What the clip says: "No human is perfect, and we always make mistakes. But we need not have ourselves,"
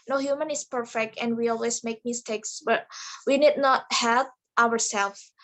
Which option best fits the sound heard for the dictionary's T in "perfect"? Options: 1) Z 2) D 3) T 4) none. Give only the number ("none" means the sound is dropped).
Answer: 3